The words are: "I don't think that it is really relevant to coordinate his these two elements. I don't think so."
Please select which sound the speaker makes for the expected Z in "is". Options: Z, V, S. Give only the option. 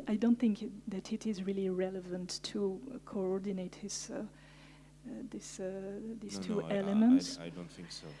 Z